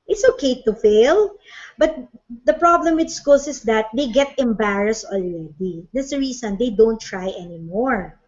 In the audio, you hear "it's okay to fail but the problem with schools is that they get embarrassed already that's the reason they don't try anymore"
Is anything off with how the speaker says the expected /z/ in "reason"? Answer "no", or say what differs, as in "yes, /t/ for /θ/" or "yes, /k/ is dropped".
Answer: yes, /s/ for /z/